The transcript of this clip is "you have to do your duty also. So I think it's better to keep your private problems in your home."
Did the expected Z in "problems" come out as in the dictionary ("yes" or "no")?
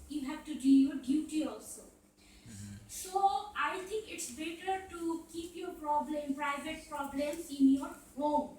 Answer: no